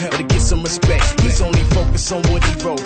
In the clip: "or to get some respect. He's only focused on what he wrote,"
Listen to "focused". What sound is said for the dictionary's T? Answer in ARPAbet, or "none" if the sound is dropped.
none